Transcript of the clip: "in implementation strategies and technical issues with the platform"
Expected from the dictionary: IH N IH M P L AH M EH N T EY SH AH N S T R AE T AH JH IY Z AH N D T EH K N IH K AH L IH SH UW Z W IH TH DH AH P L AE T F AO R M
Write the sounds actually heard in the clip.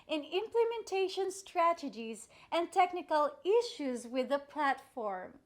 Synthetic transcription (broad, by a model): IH N IH M P L AH M EH N T EY SH AH N S T R AE T AH JH IY Z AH N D T EH K N IH K AH L IH SH UW Z W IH DH AH P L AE T F AO R M